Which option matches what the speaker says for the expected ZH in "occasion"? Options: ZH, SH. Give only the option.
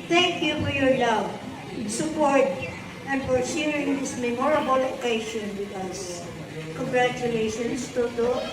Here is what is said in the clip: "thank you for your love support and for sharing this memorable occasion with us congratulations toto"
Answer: SH